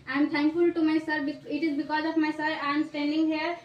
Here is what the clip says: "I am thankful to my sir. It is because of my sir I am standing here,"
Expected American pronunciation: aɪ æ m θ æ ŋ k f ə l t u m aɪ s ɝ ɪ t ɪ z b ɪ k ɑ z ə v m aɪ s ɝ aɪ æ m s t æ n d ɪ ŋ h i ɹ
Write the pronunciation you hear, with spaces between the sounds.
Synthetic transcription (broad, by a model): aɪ m t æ ŋ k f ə l t u m aɪ s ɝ ɪ t ɪ z b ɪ k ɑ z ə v m aɪ s ɝ aɪ m s t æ n d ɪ ŋ h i ɹ